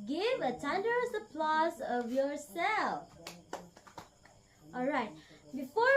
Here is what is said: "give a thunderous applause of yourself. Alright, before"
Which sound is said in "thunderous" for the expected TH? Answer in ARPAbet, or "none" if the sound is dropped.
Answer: T